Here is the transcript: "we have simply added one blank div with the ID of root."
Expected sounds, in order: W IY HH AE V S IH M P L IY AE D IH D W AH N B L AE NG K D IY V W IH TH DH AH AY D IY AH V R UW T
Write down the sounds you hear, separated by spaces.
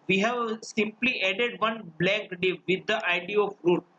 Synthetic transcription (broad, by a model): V IY HH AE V S IH M P L IY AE D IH D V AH N B L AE K D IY V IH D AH AY D IY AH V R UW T